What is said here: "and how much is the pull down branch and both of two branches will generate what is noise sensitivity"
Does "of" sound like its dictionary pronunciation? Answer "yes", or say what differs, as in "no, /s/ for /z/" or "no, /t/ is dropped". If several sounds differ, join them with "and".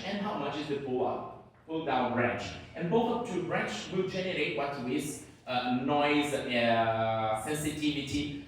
no, /p/ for /v/